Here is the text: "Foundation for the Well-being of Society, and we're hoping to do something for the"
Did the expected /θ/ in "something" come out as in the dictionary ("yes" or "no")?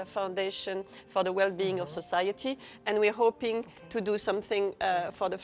yes